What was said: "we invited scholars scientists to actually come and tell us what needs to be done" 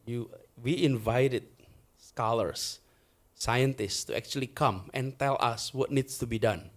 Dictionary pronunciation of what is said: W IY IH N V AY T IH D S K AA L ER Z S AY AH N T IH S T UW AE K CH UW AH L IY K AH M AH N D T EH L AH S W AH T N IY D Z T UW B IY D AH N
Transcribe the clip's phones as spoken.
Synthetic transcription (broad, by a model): W IY IH N V AY T IH D S K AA L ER S AY AH N T IH S T UW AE K CH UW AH L IY K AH M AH N T EH L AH S W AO T N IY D S T UW B IY D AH N